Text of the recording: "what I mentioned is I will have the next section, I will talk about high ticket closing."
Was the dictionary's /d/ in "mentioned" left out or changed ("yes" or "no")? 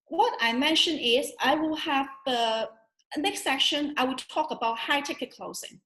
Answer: yes